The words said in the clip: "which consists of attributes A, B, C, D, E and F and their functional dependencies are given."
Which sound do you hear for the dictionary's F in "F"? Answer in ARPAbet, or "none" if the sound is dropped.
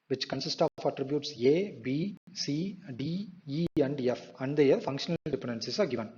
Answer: F